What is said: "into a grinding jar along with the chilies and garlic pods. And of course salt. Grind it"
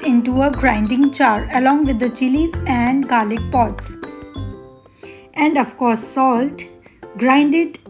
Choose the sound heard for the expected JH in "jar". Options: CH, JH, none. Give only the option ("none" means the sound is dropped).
CH